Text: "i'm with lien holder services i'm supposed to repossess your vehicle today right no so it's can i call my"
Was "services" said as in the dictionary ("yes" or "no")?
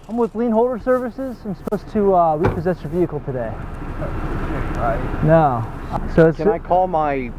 yes